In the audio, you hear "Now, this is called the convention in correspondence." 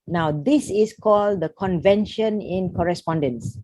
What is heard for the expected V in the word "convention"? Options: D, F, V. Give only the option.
V